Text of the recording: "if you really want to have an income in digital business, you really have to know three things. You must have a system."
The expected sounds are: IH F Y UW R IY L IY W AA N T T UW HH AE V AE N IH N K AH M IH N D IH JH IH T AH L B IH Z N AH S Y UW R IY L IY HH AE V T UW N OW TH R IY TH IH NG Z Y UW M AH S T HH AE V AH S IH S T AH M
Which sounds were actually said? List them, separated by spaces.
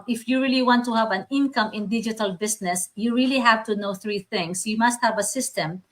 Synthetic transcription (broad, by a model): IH F Y UW R IY L IY W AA N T T UW HH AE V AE N IH N K AH M IH N D IH JH IH T AH L B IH S N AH S Y UW R IY L IY HH AE V T UW N OW TH R IY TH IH NG S Y UW M AH S T HH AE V AH S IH S T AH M